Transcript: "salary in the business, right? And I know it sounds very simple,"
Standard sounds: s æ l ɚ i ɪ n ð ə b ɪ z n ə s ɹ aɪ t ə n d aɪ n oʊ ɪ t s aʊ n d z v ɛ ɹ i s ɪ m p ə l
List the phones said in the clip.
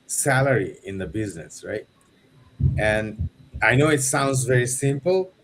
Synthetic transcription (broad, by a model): s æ l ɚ i ɪ n ð ə b ɪ z n ə s ɹ aɪ t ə n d aɪ n oʊ ɪ t s aʊ n d z v ɛ ɹ i s ɪ m p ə l